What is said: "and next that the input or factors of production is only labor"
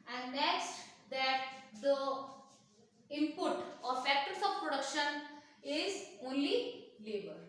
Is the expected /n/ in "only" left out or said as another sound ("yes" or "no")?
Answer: no